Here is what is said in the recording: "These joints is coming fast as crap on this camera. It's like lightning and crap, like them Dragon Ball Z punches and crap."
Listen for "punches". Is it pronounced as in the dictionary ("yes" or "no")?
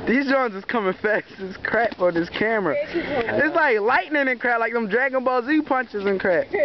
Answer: yes